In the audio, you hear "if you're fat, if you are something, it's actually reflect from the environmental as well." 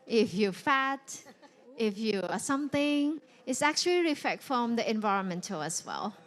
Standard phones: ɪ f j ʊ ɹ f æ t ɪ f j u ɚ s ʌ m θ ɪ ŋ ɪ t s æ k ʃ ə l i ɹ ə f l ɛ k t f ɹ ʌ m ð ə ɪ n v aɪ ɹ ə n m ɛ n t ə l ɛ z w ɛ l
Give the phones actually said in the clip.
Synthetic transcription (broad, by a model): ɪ f j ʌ f æ t ɪ f j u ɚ s ʌ m θ ɪ ŋ ɪ t s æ k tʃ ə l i ɹ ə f ɛ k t f ɹ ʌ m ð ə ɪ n v aɪ ɹ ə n m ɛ n t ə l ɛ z w ɛ l